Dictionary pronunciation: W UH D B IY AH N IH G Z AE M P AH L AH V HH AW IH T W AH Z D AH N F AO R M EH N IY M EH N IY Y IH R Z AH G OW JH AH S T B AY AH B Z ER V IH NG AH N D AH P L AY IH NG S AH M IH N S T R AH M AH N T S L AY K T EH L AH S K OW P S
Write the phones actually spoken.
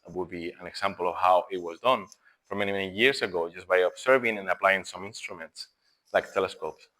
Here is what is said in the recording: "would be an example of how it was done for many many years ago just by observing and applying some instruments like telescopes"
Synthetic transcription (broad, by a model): W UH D B IY AH N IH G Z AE M P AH L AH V HH AW IH T W AH Z D AH N F AO R M EH N IY M EH N IY Y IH R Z AH G OW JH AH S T B AY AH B S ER V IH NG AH N AH P L AY IH NG S AH M IH N S T R AH M AH N T S L AY K T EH L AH S K OW P S